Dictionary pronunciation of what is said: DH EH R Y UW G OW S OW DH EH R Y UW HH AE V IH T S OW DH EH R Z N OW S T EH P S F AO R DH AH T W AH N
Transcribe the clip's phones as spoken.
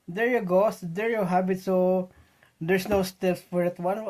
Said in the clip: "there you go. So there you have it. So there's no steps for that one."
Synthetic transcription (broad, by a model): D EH R Y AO G OW S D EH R Y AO HH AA B IH T S OW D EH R S N OW S T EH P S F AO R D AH T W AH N